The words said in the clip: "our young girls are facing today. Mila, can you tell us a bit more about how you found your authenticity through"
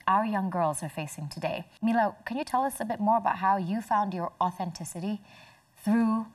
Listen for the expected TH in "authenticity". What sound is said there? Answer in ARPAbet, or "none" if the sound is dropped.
TH